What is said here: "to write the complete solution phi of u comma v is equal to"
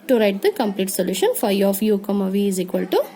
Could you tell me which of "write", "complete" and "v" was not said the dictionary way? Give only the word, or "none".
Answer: none